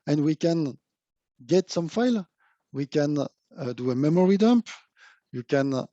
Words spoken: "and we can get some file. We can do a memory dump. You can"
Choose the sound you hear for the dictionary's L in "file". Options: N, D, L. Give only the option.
L